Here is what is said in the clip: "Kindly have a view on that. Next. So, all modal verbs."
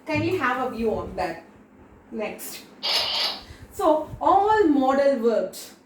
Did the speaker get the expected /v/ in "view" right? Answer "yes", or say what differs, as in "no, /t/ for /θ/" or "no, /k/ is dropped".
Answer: yes